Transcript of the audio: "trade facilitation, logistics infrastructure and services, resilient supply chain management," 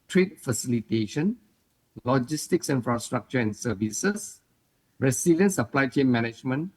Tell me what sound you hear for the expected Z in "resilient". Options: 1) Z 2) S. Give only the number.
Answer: 2